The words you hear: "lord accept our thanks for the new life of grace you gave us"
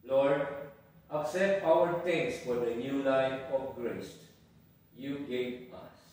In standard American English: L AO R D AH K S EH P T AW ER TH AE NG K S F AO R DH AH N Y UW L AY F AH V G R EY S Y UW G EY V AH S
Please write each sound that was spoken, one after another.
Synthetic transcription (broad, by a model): L AO R D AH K S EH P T AW ER T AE NG K S F AO R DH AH N Y UW L AY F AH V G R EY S Y UW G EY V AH S